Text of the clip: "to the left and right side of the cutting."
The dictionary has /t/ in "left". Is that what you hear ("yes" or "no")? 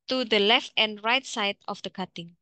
yes